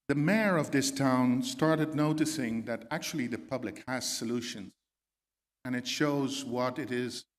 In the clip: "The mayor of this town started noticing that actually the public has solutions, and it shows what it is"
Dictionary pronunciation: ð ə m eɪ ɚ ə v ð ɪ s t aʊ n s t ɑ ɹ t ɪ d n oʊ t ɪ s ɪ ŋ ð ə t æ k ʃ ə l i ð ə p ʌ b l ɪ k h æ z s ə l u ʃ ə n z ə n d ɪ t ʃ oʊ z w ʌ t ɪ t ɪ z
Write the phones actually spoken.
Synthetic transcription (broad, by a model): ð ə m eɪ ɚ ə v ð ɪ s t aʊ n s t ɑ ɹ t ɪ d n oʊ t ɪ s ɪ ŋ ð ə t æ k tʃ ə l i ð ə p ʌ b l ɪ k h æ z s ə l u ʃ ə n z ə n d ɪ t ʃ oʊ z w ʌ t ɪ t ɪ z